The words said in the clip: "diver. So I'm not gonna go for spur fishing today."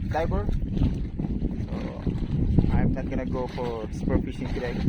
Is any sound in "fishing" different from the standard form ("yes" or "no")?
yes